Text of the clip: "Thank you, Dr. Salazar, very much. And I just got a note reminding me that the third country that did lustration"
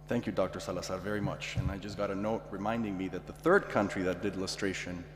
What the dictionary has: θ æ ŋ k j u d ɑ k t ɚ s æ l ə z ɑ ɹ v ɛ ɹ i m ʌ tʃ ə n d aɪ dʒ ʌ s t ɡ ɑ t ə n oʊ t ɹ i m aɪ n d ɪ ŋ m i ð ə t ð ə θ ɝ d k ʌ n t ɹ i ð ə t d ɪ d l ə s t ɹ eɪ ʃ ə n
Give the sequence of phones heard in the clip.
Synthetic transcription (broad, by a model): θ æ ŋ k j u d ɑ k t ɚ s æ l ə s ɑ v ɛ ɹ i m ʌ tʃ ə n aɪ dʒ ʌ s ɡ ɑ t ə n oʊ t ɹ i m aɪ n d ɪ ŋ m i ð ə t ð ə θ ɝ d k ʌ n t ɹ i ð ə t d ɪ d l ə s t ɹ eɪ ʃ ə n